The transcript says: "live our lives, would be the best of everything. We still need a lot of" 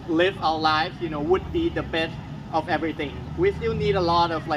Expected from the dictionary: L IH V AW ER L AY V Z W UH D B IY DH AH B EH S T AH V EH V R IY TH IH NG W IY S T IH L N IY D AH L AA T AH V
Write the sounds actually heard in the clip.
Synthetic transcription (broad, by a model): L IH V AW ER L AY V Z W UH D B IY DH AH B EH S T AH V EH V R IY TH IH NG W IY S T IH L N IY D AH L AA T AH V